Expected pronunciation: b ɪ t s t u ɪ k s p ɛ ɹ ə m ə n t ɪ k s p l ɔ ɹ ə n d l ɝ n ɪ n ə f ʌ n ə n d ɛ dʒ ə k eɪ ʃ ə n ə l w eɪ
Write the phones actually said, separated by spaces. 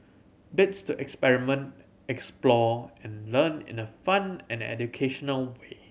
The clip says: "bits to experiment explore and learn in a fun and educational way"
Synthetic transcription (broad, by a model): b ɪ t s t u ɪ k s p ɛ ɹ ə m ə n t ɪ k s p l ɔ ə n l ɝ n ɪ n ə f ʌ n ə n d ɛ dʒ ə k eɪ ʃ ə n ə l w eɪ